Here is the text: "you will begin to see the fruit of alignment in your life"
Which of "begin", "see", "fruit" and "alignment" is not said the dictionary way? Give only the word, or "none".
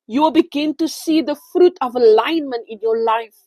none